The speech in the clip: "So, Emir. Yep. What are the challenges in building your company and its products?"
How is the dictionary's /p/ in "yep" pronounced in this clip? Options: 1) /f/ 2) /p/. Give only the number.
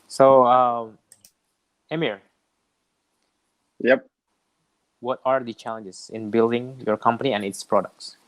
2